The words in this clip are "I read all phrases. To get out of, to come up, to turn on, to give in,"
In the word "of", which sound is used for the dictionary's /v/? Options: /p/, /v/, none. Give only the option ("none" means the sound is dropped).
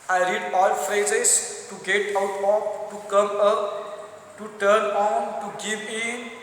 /p/